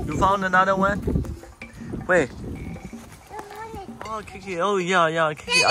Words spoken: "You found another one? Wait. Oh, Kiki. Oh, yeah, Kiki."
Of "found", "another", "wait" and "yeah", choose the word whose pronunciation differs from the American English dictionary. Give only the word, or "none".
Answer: wait